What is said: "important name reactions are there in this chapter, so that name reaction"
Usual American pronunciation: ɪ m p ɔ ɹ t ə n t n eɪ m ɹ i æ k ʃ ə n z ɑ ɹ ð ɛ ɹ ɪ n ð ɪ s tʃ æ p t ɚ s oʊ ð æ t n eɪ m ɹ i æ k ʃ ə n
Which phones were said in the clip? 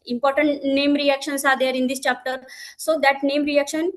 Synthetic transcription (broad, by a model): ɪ m p ɔ ɹ t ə n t n eɪ m ɹ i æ k ʃ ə n s ɑ ɹ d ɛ ɹ ɪ n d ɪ s tʃ æ p t ɚ s oʊ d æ t n eɪ m ɹ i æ k ʃ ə n